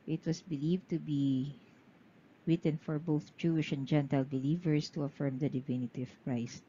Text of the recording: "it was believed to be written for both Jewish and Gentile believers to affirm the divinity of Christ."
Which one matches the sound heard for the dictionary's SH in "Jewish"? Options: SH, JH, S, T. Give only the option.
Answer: SH